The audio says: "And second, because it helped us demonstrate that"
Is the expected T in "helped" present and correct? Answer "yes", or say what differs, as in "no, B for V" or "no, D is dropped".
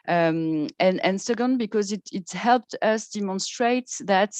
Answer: yes